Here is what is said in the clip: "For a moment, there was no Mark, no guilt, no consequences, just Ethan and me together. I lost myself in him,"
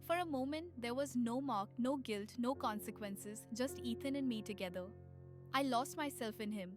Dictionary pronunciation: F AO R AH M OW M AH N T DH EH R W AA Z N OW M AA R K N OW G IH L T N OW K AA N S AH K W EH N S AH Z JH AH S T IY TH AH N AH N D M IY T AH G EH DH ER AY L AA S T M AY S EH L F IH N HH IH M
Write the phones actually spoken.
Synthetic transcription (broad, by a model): F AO R AH M OW M AH N T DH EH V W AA Z N OW M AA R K N OW G IH L T N OW K AA N S AH K W EH N S AH Z JH AH S T IY T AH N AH N M IY T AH G EH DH ER AY L AA S T M AY S EH L F IH N HH IH M